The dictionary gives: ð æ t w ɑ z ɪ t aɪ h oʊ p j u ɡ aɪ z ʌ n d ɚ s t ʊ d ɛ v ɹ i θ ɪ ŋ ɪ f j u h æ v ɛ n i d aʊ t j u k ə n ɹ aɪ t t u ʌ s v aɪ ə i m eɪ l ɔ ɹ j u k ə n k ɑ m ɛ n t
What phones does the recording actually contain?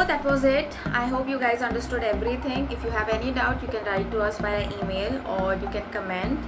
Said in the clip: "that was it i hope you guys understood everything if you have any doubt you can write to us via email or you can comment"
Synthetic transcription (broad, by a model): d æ t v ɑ z ɪ t aɪ h oʊ p j u ɡ aɪ z ʌ n d ɚ s t ʊ d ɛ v ɹ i t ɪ ŋ ɪ f j u h æ v ɛ n i d aʊ t j u k ə n ɹ aɪ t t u ʌ s b aɪ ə i m eɪ l ɔ ɹ j u k ə n k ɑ m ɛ n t